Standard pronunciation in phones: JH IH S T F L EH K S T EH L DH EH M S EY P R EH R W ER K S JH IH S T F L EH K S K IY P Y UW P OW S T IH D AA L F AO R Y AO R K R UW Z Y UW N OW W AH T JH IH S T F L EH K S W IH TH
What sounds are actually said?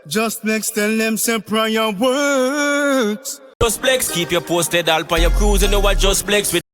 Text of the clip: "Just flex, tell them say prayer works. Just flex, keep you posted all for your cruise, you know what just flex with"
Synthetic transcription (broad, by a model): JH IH S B L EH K S T EH L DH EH M S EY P R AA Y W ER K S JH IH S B L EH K S K IY P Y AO P OW S T IH D AA L P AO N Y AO K R UW Z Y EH N OW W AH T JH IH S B L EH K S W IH